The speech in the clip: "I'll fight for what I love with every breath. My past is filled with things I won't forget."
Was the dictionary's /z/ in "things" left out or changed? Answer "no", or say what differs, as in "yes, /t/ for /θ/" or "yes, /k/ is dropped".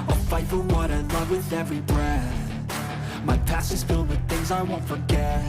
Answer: no